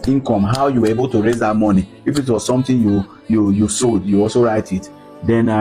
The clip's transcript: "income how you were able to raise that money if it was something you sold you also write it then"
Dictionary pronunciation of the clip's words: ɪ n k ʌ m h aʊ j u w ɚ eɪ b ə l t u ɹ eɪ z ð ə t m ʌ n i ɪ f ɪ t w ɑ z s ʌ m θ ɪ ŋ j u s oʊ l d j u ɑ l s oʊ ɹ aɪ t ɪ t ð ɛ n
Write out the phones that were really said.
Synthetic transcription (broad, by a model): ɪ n k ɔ m h aʊ j u w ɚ eɪ b ə l t u ɹ eɪ z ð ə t m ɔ n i ɪ f ɪ t w ɑ z s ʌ m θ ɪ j j u s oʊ d j u ɑ l s oʊ ɹ aɪ t ɪ t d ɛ n